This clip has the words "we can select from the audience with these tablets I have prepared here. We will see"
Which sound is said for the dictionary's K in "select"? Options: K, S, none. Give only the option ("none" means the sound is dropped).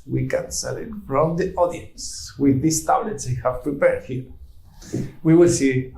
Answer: none